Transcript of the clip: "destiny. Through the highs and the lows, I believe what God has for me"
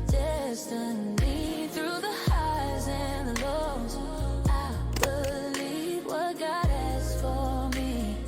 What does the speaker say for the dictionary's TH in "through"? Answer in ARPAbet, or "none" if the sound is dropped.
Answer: TH